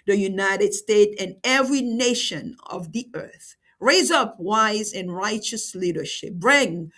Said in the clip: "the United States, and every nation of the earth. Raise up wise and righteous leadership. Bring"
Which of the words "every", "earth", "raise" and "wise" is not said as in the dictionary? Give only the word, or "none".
none